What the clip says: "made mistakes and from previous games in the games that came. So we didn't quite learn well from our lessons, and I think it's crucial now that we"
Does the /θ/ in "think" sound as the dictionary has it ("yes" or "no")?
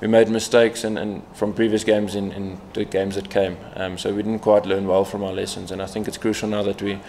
yes